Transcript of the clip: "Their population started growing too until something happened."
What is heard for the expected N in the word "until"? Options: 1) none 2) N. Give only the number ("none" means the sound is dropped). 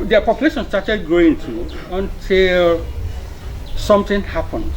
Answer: 2